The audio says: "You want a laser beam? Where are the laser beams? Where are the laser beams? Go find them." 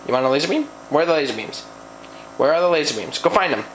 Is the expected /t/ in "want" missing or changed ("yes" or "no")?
yes